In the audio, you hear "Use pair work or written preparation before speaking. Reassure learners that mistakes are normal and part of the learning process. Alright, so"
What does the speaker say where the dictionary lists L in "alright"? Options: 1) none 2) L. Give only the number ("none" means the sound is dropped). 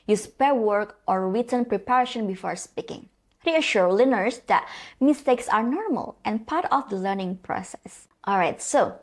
2